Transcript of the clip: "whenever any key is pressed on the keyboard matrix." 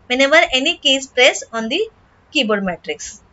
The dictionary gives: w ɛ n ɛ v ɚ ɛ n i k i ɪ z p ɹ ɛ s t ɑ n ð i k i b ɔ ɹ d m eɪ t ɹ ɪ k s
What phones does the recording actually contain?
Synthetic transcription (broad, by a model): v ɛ n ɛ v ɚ ɛ n i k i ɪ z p ɹ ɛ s ɑ n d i k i b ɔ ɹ d m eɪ t ɹ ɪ k s